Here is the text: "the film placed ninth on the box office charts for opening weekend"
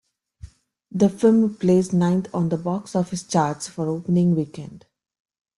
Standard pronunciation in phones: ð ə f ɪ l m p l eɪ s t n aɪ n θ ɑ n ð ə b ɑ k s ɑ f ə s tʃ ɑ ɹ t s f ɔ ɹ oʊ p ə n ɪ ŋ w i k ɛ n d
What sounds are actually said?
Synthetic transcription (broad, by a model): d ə f ɪ l m p l eɪ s n aɪ n t ɑ n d ə b ɑ k s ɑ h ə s tʃ ɑ ɹ t s f ɔ ɹ oʊ p ə n ɪ ŋ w i k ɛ n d